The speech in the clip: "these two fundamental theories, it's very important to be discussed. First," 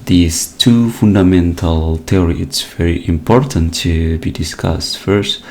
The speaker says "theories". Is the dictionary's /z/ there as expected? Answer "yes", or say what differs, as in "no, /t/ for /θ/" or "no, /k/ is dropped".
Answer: no, /z/ is dropped